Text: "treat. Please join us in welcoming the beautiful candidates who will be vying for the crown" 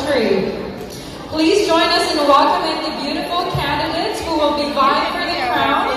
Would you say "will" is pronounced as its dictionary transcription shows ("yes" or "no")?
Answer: no